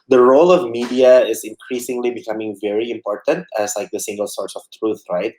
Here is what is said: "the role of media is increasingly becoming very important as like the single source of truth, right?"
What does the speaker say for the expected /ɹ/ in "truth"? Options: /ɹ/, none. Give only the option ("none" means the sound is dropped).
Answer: /ɹ/